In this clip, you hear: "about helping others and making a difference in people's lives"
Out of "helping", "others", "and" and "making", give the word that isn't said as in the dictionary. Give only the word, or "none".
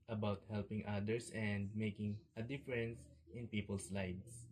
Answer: others